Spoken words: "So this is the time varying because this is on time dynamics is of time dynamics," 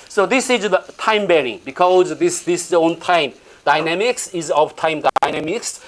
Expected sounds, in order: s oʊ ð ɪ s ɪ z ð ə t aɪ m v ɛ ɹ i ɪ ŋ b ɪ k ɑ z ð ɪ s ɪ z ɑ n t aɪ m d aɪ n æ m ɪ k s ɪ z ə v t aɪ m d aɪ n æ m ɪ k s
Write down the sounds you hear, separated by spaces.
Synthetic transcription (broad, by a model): s oʊ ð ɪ s ɪ z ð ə t aɪ m b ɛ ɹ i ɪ ŋ b ɪ k ɑ z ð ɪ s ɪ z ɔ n t aɪ m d aɪ n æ m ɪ k s ɪ z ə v t aɪ m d aɪ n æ m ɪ k s